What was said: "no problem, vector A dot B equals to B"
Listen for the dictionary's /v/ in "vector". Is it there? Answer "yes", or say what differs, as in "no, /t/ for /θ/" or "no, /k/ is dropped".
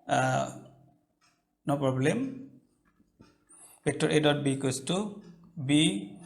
no, /p/ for /v/